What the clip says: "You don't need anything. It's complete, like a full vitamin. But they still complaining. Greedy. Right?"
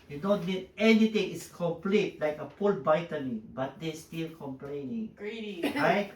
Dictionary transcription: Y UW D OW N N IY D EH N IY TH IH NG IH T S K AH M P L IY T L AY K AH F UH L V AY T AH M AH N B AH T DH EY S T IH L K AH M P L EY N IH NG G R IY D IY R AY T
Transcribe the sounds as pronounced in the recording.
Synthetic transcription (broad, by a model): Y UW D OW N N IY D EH N IY T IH NG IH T S K AH M P L IY T L AY K AH P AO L B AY T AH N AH B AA T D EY S T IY L K AH M P L EY N IH NG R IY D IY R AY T